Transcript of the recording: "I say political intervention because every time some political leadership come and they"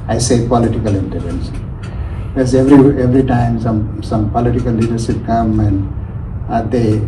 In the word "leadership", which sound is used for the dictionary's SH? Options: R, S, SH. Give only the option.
S